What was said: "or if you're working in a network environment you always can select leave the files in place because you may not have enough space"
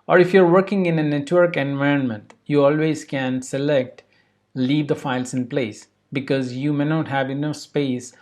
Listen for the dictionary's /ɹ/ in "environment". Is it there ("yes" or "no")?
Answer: yes